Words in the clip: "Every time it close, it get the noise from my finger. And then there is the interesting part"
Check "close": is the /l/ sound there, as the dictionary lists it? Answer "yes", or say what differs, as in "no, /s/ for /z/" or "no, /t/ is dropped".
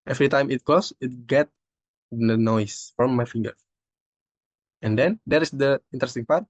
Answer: no, /l/ is dropped